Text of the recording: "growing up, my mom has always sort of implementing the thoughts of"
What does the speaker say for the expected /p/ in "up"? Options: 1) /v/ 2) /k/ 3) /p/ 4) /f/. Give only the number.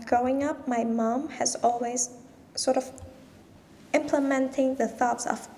3